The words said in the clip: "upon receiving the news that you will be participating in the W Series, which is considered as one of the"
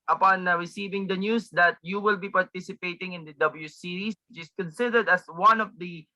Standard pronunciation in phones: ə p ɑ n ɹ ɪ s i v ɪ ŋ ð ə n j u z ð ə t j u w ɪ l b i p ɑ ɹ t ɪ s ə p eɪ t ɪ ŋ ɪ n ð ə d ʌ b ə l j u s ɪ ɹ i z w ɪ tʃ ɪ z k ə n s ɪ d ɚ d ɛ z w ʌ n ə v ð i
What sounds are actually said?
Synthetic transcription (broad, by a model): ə p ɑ n ɹ ɪ s i v ɪ ŋ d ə n j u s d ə t j u w ɪ l b i p ɑ ɹ t ɪ s ə p eɪ t ɪ ŋ ɪ n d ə d ʌ b ə l j u s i ɹ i s w ɪ tʃ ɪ s k ə n s ɪ d ɚ d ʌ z w ʌ n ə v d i